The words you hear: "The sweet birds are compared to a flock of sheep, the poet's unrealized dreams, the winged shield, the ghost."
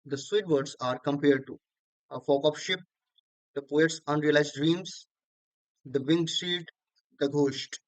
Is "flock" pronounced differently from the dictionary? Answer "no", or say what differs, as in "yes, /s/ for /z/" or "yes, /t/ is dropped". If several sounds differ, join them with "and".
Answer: yes, /l/ is dropped